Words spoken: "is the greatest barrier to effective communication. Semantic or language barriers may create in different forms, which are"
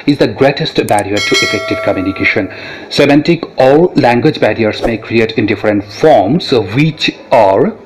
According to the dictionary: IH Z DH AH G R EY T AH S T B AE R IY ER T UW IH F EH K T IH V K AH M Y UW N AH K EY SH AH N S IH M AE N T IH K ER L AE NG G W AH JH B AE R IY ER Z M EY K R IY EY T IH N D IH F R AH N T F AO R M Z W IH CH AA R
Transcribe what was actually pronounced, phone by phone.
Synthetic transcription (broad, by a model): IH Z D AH G R EY T AH S T B AE R IY ER T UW IH F EH K T IH V K AH M Y UW N AH K EY SH AH N S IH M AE N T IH K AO L AE NG G W AH JH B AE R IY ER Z M EY K R IY EY T IH N D IH F R AH N T F AO R M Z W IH CH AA R